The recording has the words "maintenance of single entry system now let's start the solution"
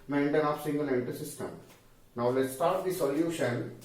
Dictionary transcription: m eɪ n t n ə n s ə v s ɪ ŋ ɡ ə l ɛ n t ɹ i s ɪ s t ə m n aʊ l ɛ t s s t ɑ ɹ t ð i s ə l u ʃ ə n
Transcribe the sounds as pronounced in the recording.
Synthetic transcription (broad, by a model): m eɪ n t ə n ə p s ɪ ŋ ɡ ə l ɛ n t i s ɪ s t ə m n aʊ l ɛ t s s t ɑ ɹ t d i s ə l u ʃ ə n